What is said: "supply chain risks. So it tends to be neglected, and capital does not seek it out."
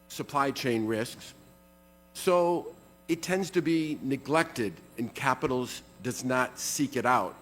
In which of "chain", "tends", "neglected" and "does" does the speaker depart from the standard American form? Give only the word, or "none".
none